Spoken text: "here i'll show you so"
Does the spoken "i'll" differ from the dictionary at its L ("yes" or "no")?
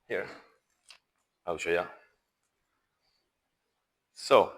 yes